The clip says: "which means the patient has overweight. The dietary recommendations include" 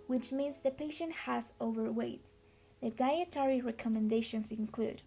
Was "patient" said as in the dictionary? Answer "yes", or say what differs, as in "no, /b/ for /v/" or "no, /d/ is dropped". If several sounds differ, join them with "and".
yes